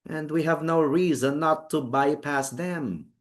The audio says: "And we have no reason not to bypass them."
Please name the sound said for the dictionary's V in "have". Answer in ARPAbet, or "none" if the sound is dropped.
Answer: V